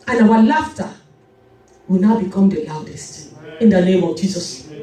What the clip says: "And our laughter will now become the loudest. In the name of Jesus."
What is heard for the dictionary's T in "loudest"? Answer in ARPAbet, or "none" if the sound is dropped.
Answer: T